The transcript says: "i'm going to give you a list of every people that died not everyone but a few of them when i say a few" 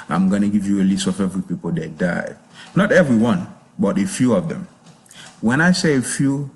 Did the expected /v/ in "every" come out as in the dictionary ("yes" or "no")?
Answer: yes